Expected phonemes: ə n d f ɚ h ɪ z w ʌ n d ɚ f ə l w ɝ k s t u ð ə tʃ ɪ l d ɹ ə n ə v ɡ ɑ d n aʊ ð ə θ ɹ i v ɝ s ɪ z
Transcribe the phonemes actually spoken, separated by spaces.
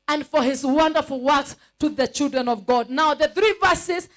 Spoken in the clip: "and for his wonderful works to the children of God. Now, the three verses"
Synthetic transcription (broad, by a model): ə n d f ɚ h ɪ z w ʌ n d ɚ f l w ɝ k s t u ð ə tʃ ɪ l d ɹ ə n ə v ɡ ɑ d n aʊ ð ə θ ɹ i v ɝ s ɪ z